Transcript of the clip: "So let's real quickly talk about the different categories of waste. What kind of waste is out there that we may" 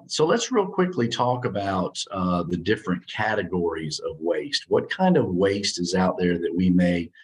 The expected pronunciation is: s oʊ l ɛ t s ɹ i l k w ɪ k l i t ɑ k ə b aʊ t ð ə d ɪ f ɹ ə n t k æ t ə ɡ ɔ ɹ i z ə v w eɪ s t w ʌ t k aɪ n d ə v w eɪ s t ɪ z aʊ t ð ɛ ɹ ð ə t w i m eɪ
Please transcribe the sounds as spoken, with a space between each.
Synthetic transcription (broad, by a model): s oʊ l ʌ t s ɹ i l k w ɪ k l i t ɑ k ə b aʊ t ð ə d ɪ f ɹ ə n k æ t ə ɡ ɔ ɹ i z ə v w eɪ s t w ʌ t k aɪ n d ə v w eɪ s t ɪ z aʊ t ð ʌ ɹ ð ə t w i m eɪ